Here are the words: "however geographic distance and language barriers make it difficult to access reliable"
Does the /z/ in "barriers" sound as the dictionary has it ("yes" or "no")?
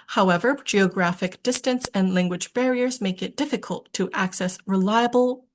yes